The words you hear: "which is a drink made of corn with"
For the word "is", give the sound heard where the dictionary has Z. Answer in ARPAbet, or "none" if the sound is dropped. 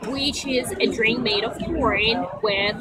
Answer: Z